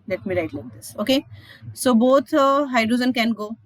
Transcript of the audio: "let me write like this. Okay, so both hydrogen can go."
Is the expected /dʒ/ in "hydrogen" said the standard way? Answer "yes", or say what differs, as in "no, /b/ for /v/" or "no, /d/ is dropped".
no, /z/ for /dʒ/